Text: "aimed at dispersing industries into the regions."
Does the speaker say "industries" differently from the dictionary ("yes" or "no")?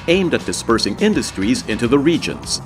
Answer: no